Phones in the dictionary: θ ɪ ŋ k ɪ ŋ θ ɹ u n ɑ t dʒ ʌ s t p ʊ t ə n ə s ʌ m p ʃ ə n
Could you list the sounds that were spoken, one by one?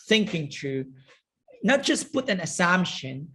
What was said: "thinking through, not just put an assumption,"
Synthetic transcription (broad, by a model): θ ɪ ŋ k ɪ ŋ t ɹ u n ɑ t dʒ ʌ s p ʊ t ə n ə s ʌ m p ʃ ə n